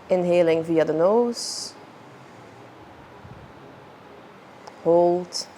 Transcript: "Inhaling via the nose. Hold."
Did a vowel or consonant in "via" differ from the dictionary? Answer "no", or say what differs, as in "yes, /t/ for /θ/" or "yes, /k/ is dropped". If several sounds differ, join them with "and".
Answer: no